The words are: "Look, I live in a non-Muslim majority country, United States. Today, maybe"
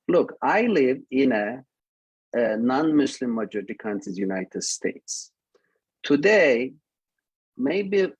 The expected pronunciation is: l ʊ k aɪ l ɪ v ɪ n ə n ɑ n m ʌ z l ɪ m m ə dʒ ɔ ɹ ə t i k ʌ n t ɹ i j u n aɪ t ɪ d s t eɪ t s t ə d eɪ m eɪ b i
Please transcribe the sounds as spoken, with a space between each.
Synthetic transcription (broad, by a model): l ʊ k aɪ l ɪ v ɪ n ə n ɑ n m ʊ s l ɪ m m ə dʒ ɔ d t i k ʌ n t i j u n aɪ t ɪ d s t eɪ t s t ə d eɪ m eɪ b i